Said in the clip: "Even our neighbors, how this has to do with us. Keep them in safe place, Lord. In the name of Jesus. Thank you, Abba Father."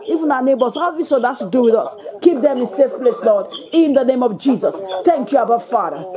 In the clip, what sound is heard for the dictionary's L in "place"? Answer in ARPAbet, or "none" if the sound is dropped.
L